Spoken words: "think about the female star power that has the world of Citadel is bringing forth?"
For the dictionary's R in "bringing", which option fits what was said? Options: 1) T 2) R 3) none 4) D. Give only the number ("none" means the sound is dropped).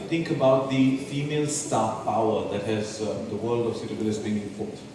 3